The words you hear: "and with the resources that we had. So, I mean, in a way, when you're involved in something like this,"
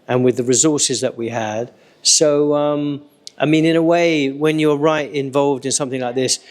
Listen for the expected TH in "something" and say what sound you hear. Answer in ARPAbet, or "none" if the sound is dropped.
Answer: TH